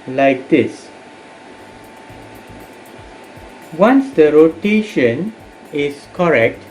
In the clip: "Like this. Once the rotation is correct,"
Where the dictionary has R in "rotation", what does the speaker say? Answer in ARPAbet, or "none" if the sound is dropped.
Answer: R